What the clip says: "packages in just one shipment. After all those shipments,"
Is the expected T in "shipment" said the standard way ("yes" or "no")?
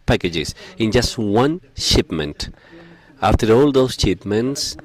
yes